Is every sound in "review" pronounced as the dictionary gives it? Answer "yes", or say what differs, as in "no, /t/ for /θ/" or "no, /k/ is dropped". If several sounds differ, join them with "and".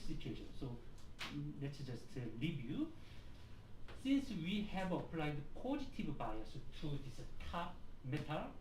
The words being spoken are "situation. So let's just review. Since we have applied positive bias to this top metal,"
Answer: no, /l/ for /ɹ/